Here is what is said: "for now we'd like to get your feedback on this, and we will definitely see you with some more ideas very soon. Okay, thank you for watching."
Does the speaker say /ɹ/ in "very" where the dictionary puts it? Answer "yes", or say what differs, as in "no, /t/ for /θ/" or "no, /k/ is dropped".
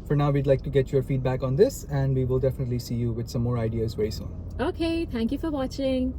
no, /ɹ/ is dropped